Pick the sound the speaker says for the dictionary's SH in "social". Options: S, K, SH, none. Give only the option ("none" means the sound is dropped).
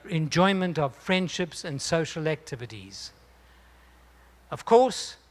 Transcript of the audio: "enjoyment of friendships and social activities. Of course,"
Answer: SH